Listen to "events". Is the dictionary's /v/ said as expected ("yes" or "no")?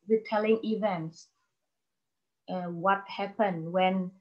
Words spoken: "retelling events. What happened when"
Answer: yes